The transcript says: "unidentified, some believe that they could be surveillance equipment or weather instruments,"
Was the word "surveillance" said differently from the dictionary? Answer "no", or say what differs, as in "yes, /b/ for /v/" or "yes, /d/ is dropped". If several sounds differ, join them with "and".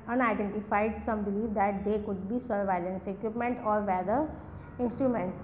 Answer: no